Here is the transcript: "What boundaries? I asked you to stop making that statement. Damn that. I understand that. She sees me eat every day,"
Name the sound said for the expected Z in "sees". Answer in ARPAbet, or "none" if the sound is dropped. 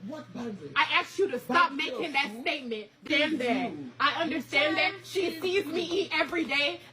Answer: Z